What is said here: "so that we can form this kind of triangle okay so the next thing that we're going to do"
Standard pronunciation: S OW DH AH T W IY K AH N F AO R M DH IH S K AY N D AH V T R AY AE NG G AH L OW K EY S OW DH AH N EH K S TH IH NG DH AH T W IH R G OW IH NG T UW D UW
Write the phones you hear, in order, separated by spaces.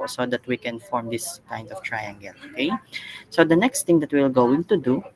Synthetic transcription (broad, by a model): S OW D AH T W IY K AH N F AO R M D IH S K AY N D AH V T R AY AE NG G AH L OW K EY S OW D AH N EH K S T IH NG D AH T W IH L G OW IH NG T UW D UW